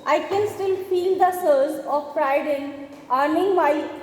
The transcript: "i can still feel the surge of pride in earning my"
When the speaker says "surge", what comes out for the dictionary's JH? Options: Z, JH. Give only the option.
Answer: Z